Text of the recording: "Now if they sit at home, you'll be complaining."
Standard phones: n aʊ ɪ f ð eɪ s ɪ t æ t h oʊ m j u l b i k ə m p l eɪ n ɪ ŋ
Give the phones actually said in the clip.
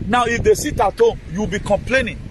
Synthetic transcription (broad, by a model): n aʊ ɪ f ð eɪ s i t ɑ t h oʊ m j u w b i k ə m p l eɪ n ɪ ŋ